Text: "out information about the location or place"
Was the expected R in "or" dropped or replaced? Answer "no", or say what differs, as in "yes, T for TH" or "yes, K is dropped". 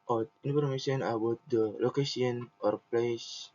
no